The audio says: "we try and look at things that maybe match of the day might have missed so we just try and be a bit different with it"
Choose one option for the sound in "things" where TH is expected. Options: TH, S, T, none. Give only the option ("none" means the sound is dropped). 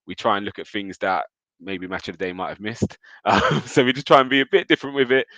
TH